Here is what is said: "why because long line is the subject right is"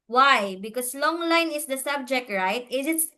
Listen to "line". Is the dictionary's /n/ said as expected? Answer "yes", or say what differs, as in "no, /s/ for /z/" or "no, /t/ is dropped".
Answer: yes